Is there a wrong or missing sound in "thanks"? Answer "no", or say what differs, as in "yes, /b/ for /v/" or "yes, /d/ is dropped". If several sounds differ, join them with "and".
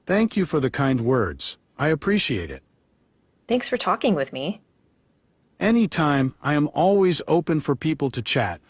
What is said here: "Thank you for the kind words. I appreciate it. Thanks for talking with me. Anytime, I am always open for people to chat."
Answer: no